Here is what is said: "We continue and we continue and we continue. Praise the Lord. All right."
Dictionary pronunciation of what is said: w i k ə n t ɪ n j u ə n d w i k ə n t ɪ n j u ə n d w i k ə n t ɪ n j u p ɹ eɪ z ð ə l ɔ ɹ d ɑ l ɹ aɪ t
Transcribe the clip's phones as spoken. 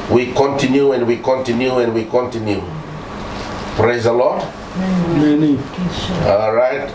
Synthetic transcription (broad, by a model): w i k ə n t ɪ n j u ə n d w i k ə n t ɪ n j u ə n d w i k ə n t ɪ n j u p ɹ eɪ z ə l ɔ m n ɑ l ɹ aɪ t